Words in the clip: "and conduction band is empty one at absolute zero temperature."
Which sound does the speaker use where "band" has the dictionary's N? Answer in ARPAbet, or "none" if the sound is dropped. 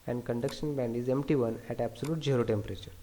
N